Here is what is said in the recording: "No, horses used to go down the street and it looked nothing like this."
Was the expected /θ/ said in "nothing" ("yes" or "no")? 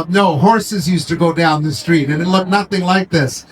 yes